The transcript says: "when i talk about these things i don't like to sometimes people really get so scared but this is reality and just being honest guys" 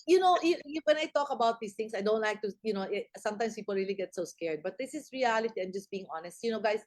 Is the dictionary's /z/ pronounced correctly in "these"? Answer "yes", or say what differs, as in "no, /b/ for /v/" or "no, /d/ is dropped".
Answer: no, /s/ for /z/